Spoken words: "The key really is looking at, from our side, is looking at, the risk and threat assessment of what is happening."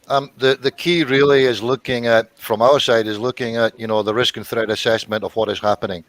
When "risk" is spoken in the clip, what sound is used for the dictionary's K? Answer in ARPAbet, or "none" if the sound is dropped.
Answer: K